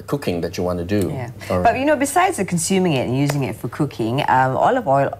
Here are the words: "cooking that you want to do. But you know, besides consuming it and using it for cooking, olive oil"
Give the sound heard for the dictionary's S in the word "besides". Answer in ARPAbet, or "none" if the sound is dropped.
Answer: S